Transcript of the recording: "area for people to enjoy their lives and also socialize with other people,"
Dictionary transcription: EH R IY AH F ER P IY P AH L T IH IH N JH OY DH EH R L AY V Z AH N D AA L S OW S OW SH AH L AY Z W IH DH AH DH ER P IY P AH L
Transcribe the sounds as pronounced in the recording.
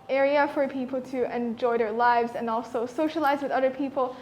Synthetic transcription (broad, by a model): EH R IY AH F ER P IY P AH L T IH IH N JH OY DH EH R L AY V Z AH N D AA L S OW S OW SH AH L AY Z W IH DH AH DH ER P IY P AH L